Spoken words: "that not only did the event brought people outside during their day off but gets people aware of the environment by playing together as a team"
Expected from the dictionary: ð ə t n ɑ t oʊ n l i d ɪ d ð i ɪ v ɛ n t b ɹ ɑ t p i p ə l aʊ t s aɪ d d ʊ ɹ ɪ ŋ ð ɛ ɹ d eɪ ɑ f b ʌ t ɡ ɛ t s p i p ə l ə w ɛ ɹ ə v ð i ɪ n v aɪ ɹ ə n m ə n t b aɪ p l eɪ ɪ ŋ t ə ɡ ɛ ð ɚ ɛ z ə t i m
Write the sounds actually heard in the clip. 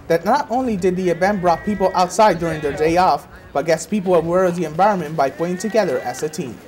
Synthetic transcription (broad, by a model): ð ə t n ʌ t oʊ n l i d ɪ d ð i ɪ b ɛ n b ɹ ɑ t p i p l aʊ t s aɪ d d ʊ ɹ ɪ ŋ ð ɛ ɹ d eɪ ɑ f b ʌ t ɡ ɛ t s p i p l ə w ɛ ɹ ə v ð i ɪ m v aɪ ɹ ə n m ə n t b aɪ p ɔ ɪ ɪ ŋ t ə ɡ ɛ ð ɚ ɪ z ə t i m